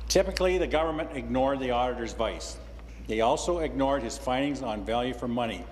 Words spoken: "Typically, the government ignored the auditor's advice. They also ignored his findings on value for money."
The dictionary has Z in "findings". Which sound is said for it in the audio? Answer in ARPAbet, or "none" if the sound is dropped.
Z